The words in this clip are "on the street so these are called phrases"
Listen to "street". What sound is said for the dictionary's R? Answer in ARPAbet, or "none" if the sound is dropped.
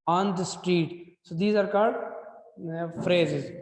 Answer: R